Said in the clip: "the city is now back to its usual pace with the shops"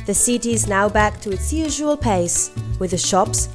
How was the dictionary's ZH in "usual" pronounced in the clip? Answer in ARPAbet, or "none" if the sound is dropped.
ZH